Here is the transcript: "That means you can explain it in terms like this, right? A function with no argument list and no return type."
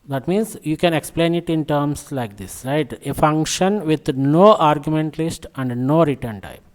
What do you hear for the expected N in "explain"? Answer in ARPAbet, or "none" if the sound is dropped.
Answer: N